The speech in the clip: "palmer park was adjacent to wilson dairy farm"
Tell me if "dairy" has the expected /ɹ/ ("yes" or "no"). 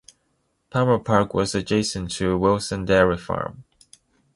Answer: yes